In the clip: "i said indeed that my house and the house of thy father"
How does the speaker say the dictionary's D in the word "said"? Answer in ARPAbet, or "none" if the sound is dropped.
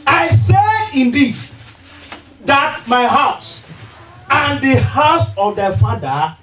none